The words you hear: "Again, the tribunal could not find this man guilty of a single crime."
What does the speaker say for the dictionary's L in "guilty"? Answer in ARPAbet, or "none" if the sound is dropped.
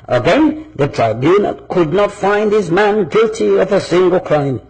L